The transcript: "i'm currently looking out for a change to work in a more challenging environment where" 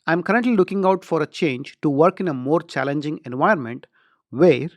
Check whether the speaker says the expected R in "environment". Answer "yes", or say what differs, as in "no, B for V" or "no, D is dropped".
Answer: no, R is dropped